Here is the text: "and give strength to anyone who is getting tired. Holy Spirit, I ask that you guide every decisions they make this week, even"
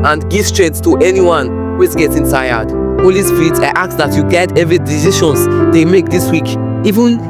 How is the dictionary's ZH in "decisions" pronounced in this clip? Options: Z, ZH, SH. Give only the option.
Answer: SH